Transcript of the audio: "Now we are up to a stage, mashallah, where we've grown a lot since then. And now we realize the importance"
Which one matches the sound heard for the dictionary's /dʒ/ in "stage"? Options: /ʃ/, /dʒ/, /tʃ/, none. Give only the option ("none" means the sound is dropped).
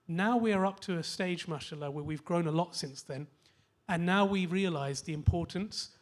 /dʒ/